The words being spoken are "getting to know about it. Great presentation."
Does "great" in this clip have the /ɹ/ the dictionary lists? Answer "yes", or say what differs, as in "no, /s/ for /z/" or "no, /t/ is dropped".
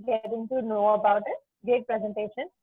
no, /ɹ/ is dropped